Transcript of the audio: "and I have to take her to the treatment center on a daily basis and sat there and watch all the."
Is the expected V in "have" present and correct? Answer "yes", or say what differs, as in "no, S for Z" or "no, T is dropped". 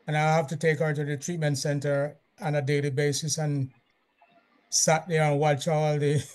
no, F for V